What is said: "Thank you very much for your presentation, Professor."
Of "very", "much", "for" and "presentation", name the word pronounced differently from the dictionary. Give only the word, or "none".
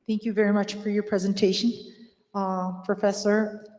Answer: none